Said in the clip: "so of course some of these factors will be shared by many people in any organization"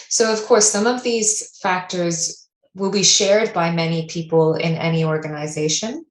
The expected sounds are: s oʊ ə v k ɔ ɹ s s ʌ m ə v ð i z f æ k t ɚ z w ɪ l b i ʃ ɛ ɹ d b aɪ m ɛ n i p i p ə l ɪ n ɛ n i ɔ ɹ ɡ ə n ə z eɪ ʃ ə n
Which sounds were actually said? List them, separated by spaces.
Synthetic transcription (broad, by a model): s oʊ ə v k ɔ ɹ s s ʌ m ə v ð i z f æ k t ɚ z w ɪ l b i ʃ ɛ ɹ d b aɪ m ɛ n i p i p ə l ɪ n ɛ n i ɔ ɹ ɡ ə n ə z eɪ ʃ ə n